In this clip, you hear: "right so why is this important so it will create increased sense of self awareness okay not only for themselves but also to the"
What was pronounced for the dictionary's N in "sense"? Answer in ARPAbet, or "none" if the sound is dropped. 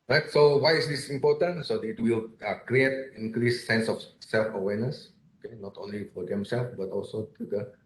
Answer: N